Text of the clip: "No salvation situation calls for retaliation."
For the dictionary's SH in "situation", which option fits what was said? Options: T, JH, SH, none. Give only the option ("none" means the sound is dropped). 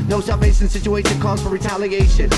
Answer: none